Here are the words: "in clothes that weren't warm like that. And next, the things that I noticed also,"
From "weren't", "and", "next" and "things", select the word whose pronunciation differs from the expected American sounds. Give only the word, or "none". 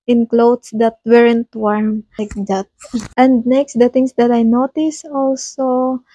things